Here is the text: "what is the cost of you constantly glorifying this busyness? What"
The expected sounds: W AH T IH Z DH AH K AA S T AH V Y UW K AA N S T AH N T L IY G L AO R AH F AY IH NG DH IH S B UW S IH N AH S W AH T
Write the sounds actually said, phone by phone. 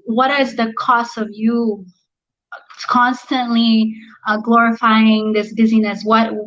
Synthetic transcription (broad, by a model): W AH T IH Z DH AH K AA S T AH V Y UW K AA N S T AH N T L IY G L AO R AH F AY IH NG DH IH S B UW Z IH N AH S W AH T